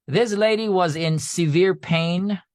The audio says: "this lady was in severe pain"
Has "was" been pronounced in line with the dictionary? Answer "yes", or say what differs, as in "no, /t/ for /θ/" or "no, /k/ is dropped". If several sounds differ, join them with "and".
yes